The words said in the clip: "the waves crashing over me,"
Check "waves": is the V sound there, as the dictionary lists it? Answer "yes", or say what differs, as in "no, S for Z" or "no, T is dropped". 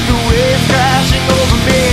no, V is dropped